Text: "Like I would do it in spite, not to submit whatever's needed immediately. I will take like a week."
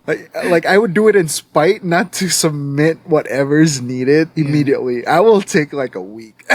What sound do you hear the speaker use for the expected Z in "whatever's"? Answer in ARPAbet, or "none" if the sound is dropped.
Z